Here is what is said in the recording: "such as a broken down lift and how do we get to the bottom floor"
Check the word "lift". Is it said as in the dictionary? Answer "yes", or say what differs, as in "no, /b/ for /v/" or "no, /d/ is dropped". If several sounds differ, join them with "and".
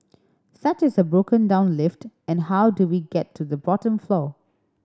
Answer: yes